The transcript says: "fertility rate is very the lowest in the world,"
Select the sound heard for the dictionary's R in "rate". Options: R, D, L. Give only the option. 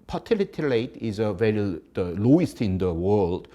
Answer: L